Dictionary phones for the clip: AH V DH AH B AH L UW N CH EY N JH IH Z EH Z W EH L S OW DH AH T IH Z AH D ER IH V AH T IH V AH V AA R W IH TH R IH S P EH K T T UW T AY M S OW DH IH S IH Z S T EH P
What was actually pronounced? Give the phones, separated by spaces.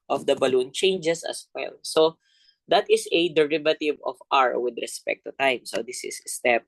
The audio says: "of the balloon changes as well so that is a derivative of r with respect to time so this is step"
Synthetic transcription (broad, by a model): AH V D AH B AH L UW N CH EY N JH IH S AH S W EH L S OW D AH T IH S AH D ER IH V AH T IH V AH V AA R W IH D R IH S P EH K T T UW T AY M S OW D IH S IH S S T EH P